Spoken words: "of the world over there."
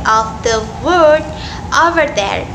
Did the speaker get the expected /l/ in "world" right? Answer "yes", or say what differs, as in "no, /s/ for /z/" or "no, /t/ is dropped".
no, /l/ is dropped